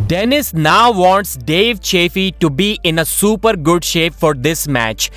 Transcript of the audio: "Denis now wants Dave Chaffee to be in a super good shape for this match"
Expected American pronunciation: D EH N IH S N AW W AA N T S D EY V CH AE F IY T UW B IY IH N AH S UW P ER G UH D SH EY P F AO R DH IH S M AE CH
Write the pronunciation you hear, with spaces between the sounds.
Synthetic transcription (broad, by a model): D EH N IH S N AW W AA N T S D EY V CH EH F IY T UW B IY IH N AH S UW P ER G UH D SH EY P F AO R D IH S M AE CH